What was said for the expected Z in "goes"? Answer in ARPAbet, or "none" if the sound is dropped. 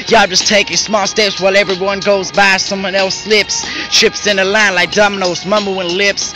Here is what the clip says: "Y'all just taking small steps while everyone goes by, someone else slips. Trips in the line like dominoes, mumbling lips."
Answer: Z